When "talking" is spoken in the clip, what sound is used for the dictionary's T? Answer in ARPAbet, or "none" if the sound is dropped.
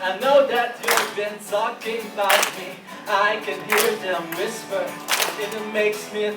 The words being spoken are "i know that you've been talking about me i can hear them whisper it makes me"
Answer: S